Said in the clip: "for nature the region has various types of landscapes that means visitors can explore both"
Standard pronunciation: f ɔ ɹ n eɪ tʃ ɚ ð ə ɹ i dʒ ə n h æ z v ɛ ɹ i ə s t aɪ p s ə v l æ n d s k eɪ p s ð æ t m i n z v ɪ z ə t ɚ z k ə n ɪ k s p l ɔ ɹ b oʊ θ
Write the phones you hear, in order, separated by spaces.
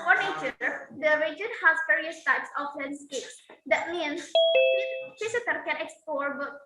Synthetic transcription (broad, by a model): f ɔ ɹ n eɪ tʃ ɚ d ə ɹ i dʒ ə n h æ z p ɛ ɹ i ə s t aɪ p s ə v l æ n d s k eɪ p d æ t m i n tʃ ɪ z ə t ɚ k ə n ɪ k s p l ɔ ɹ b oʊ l